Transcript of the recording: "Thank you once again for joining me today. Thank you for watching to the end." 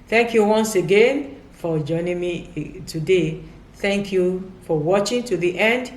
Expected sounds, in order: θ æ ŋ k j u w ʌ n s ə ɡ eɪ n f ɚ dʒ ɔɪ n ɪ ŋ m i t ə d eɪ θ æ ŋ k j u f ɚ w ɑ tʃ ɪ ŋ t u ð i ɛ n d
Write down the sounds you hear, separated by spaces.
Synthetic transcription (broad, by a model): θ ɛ ŋ k j u w ʌ n s ə ɡ eɪ n f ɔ dʒ ɔɪ n ɪ ŋ m i t ə d eɪ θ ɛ ŋ k j u f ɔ w ɑ tʃ ɪ ŋ t u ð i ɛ n d